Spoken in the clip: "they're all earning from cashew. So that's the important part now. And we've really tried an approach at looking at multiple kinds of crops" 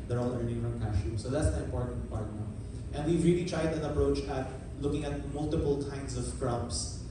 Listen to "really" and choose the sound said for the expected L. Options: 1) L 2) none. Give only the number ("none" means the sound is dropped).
1